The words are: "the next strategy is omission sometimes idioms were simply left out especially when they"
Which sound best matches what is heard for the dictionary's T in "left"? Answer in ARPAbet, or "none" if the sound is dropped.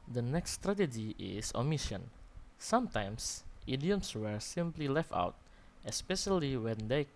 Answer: T